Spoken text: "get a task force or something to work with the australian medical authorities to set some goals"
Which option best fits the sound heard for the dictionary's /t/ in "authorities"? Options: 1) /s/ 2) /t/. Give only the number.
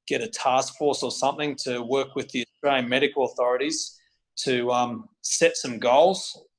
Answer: 2